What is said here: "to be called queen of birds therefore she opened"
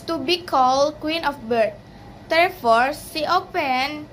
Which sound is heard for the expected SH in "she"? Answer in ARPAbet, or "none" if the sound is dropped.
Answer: S